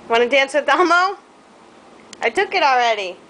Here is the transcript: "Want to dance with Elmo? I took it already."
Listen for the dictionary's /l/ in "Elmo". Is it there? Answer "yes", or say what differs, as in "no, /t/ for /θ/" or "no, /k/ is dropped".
no, /l/ is dropped